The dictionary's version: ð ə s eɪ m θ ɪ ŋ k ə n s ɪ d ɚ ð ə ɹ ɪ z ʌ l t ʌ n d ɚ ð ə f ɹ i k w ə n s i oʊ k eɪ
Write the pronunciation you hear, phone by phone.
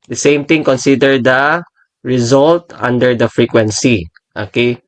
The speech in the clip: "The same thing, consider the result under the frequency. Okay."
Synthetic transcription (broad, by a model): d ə s eɪ m t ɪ ŋ k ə n s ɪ d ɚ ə ɹ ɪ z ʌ l t ʌ n d ɚ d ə f ɹ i k w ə n s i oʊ k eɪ